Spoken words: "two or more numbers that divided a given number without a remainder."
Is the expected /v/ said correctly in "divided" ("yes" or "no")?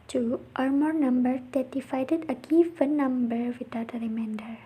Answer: no